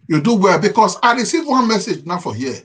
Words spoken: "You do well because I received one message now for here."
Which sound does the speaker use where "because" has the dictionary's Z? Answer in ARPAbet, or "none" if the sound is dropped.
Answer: S